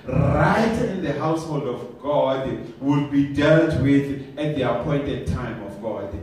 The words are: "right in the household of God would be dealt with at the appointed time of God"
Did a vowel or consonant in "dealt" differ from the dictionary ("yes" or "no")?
no